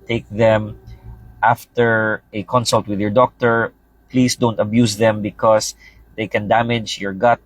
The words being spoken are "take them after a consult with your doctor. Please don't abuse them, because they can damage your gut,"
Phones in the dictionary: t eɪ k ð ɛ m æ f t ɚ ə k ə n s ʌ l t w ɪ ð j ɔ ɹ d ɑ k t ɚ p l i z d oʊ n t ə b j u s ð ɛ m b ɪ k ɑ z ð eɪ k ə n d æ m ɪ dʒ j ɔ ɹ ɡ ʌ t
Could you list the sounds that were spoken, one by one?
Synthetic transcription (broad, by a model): t eɪ k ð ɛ m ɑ f t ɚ ə k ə n s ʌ l t w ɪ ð j ɔ ɹ d ɑ k t ɚ p l i s d oʊ n t ə b j u s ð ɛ m b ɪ k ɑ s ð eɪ k ə n d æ m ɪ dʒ j ɔ ɹ ɡ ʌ t